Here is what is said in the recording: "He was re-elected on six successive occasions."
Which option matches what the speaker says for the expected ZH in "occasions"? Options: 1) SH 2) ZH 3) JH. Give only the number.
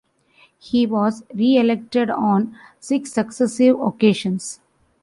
1